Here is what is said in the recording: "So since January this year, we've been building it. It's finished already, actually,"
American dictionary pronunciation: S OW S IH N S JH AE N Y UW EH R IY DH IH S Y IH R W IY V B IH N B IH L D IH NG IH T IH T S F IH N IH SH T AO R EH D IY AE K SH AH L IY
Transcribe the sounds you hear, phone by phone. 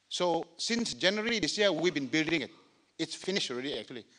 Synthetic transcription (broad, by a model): S OW S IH N S JH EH N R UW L L IY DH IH S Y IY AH W IY V B IH N B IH L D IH NG IH T IH T S F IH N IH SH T AO R EH D IY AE K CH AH L IY